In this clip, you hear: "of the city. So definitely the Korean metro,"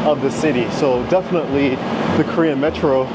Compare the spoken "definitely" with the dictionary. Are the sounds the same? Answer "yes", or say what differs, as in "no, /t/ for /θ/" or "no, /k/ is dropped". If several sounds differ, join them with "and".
yes